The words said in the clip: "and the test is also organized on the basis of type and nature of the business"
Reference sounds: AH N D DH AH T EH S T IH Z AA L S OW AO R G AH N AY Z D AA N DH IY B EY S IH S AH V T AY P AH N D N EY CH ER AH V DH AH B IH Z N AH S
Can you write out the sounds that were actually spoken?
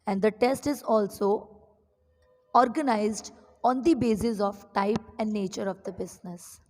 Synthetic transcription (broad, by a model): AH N D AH T EH S T IH Z AA L S OW AO R G AH N AY Z D AA N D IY B EY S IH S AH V T AY P AH N D N EY CH ER AH V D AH B IH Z N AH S